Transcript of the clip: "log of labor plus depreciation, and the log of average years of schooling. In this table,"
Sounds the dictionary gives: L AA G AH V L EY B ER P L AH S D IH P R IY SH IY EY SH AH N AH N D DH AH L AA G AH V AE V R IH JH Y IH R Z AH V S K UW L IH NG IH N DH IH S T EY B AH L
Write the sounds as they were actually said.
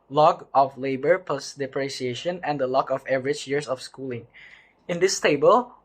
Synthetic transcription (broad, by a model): L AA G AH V L EY B ER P AH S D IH P R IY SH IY EY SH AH N AH N D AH L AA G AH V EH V R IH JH Y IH R S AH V S K UW L IH NG IH N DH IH S T EY B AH L